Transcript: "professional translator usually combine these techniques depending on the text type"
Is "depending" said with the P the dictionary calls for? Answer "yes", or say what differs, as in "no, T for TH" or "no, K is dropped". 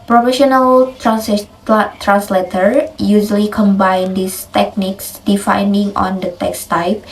no, F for P